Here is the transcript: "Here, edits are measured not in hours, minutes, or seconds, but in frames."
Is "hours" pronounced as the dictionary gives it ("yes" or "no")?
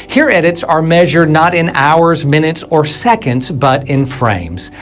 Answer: yes